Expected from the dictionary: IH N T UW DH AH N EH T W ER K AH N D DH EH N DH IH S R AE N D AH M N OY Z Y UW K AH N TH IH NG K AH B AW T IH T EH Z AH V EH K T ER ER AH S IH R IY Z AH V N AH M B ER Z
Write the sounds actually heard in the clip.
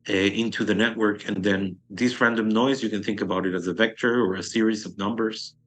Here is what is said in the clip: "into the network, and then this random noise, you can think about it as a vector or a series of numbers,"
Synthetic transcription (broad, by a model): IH N T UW DH AH N EH T W ER K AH N DH EH N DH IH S R AE N D AH M N OY Z Y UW K AH N TH IH NG K AH B AW T IH T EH Z AH V EH K T ER ER AH S IH R IY Z AH V N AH M B ER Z